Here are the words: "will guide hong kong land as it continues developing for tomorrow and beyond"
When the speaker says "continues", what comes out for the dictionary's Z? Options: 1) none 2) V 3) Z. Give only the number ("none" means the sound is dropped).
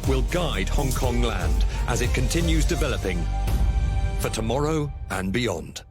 3